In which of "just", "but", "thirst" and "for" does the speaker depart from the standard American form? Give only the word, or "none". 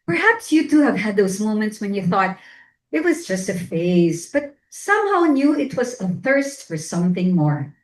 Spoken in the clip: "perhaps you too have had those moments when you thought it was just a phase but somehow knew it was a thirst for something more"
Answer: none